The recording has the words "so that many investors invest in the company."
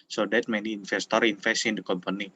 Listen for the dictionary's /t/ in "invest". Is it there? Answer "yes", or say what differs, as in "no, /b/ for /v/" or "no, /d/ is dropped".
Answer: no, /t/ is dropped